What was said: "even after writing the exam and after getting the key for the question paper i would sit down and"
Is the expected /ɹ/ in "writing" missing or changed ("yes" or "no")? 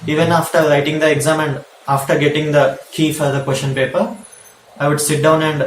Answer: yes